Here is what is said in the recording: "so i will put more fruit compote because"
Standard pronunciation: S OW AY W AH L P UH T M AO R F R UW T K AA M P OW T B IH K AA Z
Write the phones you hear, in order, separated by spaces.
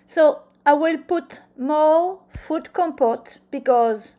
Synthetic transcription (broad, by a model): S OW AY W AH L P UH T M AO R F UW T K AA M P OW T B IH K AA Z